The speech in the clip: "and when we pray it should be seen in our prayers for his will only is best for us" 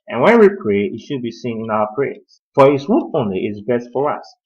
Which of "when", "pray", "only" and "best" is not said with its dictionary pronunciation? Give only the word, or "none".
none